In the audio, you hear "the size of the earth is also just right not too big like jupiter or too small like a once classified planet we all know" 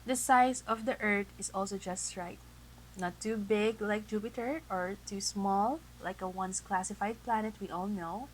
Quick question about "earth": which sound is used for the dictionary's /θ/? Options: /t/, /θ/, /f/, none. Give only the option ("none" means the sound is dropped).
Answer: /t/